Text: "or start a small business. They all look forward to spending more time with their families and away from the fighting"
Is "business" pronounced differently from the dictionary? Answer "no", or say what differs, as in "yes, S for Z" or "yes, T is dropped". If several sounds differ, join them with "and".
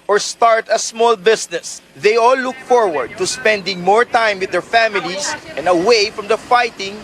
yes, S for Z